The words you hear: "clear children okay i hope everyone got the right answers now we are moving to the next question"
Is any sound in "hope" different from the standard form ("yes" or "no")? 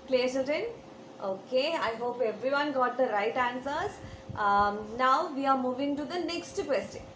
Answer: no